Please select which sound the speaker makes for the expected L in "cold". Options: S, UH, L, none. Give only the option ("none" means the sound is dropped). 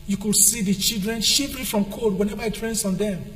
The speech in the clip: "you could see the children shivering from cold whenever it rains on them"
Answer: none